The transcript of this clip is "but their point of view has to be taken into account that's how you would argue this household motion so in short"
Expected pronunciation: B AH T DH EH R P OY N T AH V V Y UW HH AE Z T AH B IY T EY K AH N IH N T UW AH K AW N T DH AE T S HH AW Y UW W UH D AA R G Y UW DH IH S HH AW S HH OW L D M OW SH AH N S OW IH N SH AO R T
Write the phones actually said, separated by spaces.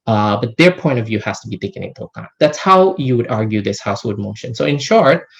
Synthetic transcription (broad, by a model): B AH T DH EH R P OY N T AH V V Y UW HH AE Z T AH B IY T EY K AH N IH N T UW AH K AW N DH AE T S HH AW Y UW W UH D AA R G Y UW DH IH S HH AW S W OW D M OW SH AH N S OW IH N SH AO R T